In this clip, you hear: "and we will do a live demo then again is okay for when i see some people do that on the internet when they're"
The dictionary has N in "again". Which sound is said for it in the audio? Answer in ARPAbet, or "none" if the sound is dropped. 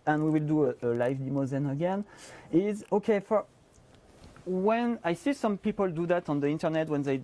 N